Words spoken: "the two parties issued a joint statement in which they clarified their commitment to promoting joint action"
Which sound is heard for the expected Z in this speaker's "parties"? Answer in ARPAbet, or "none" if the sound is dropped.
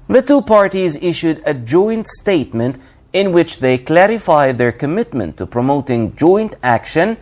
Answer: Z